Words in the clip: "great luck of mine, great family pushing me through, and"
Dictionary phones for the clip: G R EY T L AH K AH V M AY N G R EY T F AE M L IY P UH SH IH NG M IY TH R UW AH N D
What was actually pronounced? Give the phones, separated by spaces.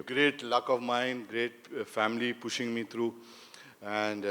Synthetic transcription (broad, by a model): G R EY T L AH K AH V M AY N G R EY T F AE M L IY P UH SH IH NG M IY T R UW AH N D